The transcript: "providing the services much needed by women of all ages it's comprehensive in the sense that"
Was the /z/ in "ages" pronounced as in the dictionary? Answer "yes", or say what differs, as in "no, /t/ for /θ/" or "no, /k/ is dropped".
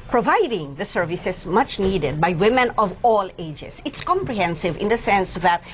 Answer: no, /s/ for /z/